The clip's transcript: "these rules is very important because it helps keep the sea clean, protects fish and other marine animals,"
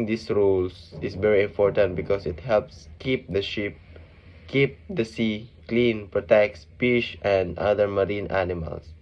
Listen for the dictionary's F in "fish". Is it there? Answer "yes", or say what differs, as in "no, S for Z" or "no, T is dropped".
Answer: no, P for F